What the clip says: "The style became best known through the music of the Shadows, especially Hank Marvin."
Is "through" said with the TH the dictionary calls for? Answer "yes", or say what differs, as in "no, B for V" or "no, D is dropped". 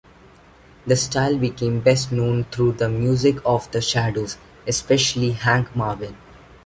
no, T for TH